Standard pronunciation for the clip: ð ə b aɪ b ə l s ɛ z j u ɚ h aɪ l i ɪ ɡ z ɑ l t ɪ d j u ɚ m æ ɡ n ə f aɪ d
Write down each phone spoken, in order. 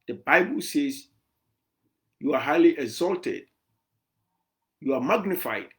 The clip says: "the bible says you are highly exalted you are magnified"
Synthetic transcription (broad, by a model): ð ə b aɪ b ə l s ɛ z j u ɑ h aɪ l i ɪ ɡ z ɑ l t ɪ d j u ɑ m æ ɡ n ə f aɪ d